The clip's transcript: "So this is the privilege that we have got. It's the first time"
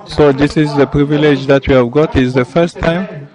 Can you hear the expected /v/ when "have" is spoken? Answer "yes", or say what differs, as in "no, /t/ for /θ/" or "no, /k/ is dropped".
yes